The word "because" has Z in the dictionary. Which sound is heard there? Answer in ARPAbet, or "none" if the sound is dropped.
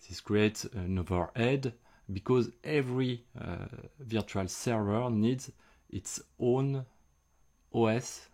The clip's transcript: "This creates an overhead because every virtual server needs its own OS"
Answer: Z